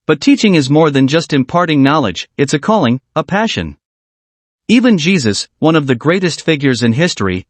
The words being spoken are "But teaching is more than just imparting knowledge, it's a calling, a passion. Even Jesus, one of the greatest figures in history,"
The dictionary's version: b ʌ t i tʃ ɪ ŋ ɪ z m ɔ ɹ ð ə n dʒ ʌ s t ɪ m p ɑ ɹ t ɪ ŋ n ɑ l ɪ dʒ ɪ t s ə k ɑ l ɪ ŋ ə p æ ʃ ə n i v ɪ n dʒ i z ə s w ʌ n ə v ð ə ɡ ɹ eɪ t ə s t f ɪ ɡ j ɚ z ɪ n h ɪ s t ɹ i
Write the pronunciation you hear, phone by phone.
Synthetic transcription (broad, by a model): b ʌ t i tʃ ɪ ŋ ɪ z m ɔ ɹ ð ə n dʒ ʌ s t ɪ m p ɑ ɹ t ɪ ŋ n ɑ l ɪ dʒ ɪ t s ə k ɑ l ɪ ŋ ə p æ ʃ ə n i v ɪ n dʒ i z ə s w ʌ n ə v ð ə ɡ ɹ eɪ t ə s t f ɪ ɡ j ɚ z ɪ n h ɪ s t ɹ i